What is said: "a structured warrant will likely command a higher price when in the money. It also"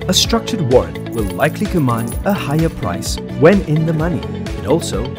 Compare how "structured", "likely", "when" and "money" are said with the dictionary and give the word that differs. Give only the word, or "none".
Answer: none